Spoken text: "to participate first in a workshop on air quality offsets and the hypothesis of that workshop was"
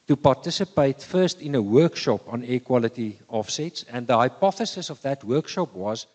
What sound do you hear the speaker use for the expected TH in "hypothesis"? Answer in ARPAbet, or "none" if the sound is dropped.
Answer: TH